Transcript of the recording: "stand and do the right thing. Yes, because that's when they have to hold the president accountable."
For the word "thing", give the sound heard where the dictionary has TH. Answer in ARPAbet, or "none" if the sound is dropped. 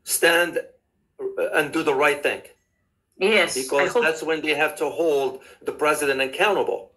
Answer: TH